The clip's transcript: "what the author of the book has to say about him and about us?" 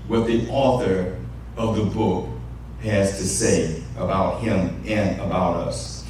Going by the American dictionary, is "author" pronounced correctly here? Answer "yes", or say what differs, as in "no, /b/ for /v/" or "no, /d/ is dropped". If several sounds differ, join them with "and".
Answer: yes